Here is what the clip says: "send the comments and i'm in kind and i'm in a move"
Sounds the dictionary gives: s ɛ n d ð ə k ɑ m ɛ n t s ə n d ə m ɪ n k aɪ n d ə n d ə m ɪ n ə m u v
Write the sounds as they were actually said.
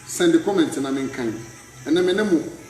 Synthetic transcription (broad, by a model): s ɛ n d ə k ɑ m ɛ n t ə n ə m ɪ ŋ k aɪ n ə n ə m ɪ n ə m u